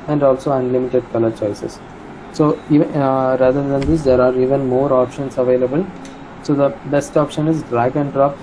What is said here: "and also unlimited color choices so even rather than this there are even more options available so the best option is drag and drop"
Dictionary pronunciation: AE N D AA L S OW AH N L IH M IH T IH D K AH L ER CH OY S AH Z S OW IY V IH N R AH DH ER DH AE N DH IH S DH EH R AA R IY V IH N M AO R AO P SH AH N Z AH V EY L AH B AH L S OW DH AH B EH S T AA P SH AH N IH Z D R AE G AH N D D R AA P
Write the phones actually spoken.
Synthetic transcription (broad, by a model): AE N D AA L S OW AH N L IH M IH T IH D K AH L ER CH OY S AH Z S OW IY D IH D AH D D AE N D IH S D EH R AA R IY V IH N M AO R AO P SH AH N S AH V EY L AH B AH L S OW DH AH B EH S T AA P SH AH N IH Z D R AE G AH N D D R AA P